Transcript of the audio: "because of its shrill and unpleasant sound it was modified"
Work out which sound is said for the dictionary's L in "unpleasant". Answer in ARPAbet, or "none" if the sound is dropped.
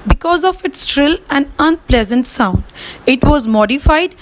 L